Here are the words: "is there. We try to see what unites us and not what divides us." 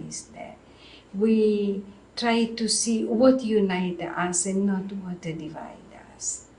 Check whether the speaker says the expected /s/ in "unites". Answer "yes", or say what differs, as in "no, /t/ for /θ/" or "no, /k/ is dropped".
no, /s/ is dropped